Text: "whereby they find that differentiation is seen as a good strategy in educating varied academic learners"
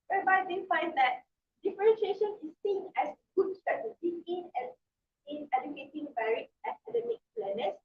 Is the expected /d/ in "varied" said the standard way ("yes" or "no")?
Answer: no